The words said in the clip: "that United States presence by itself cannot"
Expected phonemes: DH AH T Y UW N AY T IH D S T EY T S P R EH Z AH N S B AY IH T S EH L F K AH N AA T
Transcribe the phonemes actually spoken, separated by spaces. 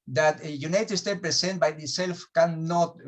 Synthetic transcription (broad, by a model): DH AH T Y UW N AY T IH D S T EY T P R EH S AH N B AY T S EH L F K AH N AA T